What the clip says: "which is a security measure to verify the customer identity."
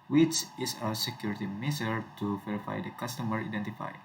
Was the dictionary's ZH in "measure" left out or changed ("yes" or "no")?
yes